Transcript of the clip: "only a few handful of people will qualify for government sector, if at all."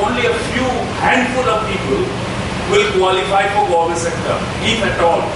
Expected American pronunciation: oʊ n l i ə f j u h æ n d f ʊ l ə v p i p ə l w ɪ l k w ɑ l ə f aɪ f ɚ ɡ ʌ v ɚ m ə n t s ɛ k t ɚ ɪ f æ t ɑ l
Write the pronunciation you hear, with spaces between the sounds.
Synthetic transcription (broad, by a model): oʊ n l i ə f j u h æ n d f ʊ l ə v p i p ə l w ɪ l k w ɑ l ə f aɪ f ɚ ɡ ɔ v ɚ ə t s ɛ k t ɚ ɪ p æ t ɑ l